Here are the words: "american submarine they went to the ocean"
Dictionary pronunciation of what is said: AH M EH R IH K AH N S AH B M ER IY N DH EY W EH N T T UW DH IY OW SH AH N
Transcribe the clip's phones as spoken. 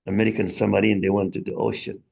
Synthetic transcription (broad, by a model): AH M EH R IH K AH N S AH M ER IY N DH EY W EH N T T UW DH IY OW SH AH N